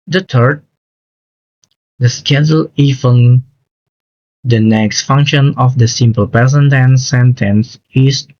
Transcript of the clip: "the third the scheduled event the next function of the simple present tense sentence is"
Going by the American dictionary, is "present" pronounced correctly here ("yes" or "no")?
no